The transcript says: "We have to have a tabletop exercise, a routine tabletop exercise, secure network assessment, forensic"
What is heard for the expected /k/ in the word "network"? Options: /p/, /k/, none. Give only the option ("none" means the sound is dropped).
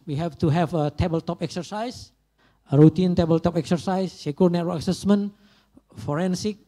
none